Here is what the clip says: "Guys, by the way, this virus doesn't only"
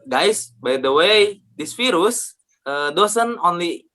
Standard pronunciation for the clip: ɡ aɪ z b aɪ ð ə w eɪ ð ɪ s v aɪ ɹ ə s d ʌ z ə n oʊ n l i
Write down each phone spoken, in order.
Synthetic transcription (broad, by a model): ɡ aɪ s b aɪ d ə w eɪ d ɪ s f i ɹ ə s d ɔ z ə n oʊ n l i